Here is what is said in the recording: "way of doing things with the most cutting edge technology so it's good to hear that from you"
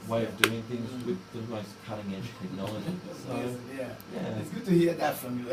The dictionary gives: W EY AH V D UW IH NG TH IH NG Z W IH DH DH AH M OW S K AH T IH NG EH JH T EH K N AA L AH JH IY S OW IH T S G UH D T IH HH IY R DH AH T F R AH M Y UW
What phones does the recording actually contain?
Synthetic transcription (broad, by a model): W EY AH V D UW IH NG TH IH NG Z W IH DH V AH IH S K AH T IH NG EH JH T EH K N AA L AH JH IY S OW IH T S G UH D T IH HH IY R DH AH T F R AH M Y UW